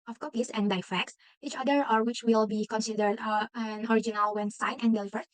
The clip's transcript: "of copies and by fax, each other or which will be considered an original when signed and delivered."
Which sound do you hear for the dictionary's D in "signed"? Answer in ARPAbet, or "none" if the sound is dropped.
none